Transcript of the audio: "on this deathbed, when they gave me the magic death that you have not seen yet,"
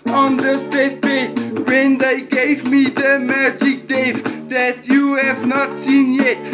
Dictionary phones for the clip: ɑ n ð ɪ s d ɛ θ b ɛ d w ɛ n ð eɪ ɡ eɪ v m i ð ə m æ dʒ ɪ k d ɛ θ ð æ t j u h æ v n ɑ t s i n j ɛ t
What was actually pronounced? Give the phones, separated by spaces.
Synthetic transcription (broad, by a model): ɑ n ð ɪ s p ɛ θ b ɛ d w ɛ n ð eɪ ɡ eɪ v m i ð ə m æ dʒ ɪ k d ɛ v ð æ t j u h æ v n ɑ t s i n j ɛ t